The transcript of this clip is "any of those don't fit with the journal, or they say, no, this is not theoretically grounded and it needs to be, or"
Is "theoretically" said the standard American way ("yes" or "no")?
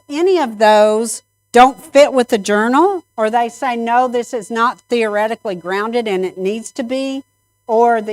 yes